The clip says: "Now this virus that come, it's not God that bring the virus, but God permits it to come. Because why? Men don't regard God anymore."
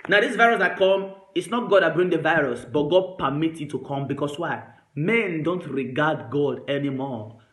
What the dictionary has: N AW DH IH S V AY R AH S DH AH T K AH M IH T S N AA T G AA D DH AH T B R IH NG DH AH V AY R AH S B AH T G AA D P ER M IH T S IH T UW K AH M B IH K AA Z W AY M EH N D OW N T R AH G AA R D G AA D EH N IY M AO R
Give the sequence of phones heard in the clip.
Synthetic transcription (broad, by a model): N AW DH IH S V AY R AH S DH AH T K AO M IH T S N AA T G AA D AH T B R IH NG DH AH V AY R AH S B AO T G AA D P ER M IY T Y IH T UW K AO M B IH K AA S W AY M EH N D OW N T R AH G AA D G AA D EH N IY M AO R